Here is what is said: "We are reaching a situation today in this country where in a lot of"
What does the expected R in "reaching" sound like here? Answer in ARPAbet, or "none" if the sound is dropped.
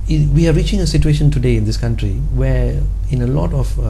R